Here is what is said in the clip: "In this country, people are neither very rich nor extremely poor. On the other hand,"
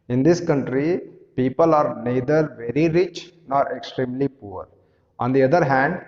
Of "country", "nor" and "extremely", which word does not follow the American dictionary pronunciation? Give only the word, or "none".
none